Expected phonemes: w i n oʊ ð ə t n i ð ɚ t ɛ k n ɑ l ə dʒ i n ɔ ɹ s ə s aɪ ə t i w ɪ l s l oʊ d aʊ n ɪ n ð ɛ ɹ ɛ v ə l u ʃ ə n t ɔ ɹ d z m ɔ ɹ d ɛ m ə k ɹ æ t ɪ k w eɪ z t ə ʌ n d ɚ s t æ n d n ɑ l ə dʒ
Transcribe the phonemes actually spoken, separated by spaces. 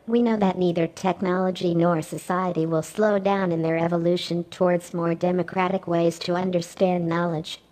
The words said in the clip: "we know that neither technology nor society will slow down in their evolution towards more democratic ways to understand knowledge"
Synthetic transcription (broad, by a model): w i n oʊ ð ə t n i ð ɚ t ɛ k n ɑ l ə dʒ i n ɔ ɹ s ə s aɪ ə t i w ɪ l s l oʊ d aʊ n ɪ n ð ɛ ɹ ɛ v ə l u ʃ ə n t ɔ ɹ d z m ɔ ɹ d ɛ m ə k ɹ æ t ɪ k w eɪ z t ə ʌ n d ɚ s t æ n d n ɑ l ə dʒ